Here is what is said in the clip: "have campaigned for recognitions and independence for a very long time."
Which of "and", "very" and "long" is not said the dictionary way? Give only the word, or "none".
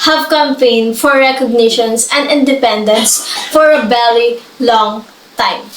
very